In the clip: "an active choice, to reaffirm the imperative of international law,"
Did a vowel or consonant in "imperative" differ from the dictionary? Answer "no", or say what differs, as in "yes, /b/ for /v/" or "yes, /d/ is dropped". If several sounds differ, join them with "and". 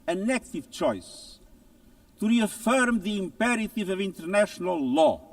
no